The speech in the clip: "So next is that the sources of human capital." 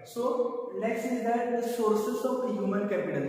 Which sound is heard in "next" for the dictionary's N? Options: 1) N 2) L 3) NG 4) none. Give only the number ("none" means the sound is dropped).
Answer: 2